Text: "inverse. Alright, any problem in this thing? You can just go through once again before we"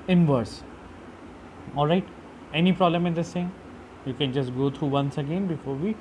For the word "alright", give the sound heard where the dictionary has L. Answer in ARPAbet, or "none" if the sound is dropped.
L